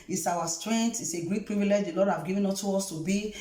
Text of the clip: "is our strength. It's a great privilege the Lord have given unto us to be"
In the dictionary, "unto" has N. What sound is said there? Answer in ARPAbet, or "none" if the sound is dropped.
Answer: none